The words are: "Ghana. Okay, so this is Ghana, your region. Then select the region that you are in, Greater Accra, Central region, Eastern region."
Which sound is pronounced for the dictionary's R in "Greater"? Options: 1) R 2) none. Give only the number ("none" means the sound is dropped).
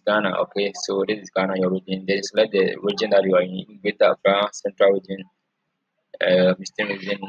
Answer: 2